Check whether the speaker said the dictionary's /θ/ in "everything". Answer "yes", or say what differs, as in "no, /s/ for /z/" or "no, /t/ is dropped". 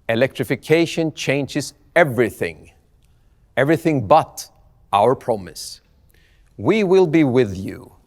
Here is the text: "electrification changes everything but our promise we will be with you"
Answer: yes